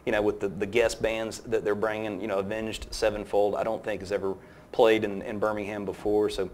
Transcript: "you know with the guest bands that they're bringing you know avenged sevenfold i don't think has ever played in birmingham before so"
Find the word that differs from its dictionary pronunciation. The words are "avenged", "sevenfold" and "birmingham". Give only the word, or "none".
none